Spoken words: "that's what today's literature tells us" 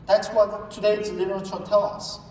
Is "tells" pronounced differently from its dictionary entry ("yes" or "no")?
yes